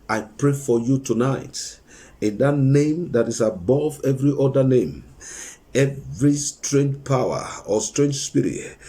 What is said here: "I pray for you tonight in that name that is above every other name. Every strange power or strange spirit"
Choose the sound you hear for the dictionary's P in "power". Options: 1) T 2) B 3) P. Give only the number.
3